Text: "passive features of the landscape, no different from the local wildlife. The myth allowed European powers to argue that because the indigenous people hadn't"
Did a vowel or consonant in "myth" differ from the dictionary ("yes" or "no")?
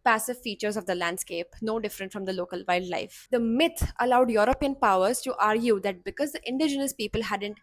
yes